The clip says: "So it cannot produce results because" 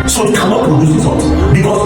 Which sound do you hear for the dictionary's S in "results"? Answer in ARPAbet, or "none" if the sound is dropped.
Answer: none